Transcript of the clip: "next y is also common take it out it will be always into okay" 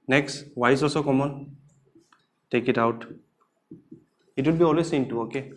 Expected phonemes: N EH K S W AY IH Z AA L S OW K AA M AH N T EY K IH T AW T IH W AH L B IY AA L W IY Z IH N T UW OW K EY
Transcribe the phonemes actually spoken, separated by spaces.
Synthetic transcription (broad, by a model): N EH K S W AY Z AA S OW K AA M AH N T EY K IH T AW T IH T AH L B IY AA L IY S IH N T UW OW K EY